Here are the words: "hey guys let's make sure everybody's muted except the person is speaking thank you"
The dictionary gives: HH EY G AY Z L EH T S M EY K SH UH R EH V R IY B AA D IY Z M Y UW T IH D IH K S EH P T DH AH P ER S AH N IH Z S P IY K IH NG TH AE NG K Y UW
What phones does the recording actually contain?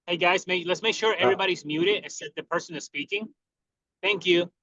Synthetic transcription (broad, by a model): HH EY G AY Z L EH T S M EY K SH UH R EH V R IY B AA D IY Z M Y UW T IH D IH S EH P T DH AH P ER S AH N IH Z S P IY K IH NG TH AE NG K Y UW